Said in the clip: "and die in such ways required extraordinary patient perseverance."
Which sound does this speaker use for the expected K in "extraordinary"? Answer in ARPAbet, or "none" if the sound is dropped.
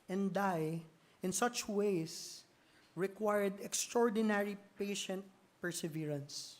K